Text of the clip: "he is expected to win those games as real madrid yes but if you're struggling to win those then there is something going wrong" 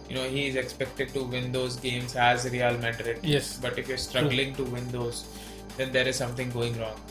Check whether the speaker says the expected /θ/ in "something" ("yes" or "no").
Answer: no